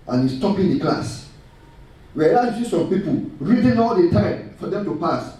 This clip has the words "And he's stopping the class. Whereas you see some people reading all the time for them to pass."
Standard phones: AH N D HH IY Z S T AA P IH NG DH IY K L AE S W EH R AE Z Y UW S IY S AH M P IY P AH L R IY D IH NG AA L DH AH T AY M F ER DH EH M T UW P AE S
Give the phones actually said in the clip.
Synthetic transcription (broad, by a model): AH N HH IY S T AA P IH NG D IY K L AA S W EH AE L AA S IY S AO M P IY P AH L R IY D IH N AA L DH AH T AY M F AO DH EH M T UW P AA S